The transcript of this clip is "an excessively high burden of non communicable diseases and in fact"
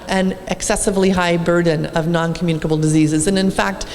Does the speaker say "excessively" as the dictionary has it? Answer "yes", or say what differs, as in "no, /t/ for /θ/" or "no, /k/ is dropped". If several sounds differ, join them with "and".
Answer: yes